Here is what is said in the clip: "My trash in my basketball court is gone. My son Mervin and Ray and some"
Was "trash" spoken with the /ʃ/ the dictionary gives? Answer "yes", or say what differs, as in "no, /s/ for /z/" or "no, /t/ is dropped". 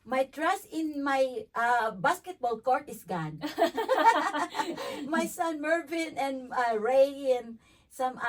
no, /s/ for /ʃ/